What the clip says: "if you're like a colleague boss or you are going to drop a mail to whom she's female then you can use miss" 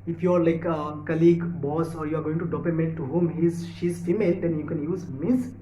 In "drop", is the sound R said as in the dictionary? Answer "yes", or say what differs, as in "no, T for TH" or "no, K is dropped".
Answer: no, R is dropped